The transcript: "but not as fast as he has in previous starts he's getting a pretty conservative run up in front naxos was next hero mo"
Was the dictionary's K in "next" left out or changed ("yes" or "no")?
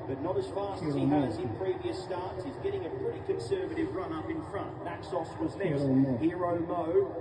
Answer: yes